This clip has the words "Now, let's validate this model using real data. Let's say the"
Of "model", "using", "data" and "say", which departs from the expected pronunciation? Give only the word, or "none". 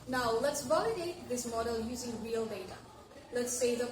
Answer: none